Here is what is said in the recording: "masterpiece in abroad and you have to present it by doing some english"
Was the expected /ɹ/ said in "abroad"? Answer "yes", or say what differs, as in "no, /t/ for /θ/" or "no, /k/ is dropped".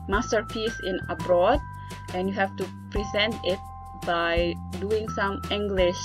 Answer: yes